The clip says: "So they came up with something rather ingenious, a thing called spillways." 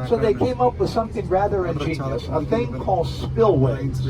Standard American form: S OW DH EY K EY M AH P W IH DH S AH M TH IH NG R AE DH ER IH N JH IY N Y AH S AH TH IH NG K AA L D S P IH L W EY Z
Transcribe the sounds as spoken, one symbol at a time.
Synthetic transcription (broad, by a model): S OW DH EY K EY M AH P W IH DH S AH M TH IH NG R AE DH ER IH N JH IY N Y AH S AH TH IH NG K AA L D S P IH L W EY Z